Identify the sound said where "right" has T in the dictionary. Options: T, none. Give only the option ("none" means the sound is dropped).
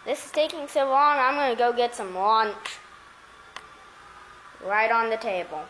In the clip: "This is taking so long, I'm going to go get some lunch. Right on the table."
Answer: T